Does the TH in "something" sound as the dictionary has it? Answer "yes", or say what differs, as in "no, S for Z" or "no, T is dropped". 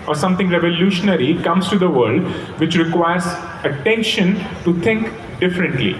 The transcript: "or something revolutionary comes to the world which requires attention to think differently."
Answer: no, T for TH